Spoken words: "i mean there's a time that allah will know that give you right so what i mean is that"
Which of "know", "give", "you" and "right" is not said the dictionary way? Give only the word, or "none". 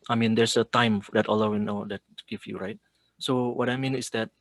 give